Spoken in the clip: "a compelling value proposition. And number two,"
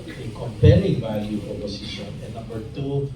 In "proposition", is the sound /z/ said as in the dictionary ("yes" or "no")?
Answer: no